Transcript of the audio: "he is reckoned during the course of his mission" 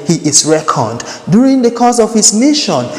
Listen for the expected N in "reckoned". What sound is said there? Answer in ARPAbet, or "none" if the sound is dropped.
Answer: none